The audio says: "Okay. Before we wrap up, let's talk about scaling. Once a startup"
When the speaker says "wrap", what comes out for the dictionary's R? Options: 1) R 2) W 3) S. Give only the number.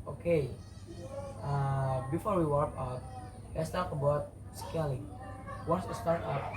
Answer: 2